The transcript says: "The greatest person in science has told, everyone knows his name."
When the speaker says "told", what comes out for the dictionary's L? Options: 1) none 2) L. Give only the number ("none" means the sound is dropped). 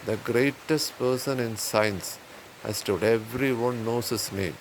1